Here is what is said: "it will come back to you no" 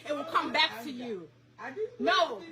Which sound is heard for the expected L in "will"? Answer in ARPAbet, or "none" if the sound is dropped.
L